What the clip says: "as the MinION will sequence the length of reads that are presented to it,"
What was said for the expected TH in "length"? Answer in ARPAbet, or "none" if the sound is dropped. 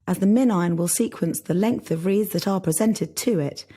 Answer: TH